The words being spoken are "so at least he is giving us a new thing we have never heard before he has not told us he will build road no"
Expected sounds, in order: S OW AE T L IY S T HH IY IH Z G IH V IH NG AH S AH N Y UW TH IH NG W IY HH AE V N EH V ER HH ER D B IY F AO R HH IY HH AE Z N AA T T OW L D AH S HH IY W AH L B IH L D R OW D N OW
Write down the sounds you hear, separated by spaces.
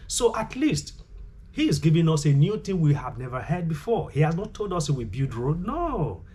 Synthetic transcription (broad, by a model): S OW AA T L IY S T HH IY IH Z G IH V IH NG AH S AH N Y UW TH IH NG W IY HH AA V N EH V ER HH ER D B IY F AO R HH IY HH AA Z N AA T T OW L D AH S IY W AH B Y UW D R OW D N OW